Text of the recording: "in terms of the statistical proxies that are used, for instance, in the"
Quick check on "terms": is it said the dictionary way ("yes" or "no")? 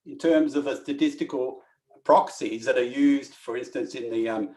yes